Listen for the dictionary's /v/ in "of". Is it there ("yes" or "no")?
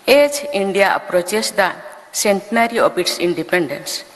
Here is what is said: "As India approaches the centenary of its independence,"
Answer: no